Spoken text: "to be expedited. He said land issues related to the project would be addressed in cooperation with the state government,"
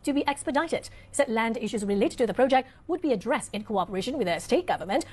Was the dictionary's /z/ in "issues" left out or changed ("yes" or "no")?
no